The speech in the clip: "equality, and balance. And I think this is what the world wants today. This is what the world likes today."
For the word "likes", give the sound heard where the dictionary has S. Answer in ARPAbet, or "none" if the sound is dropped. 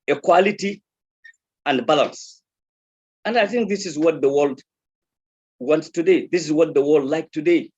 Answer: none